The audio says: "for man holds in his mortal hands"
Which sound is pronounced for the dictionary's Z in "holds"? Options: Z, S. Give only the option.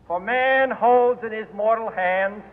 Z